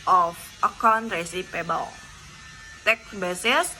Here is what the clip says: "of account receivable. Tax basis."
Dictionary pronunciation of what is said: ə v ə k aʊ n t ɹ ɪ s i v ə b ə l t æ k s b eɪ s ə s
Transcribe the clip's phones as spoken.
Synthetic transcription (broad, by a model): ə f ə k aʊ n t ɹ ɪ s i p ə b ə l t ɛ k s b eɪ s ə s